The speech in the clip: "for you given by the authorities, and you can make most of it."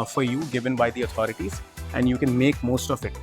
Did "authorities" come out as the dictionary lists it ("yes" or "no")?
no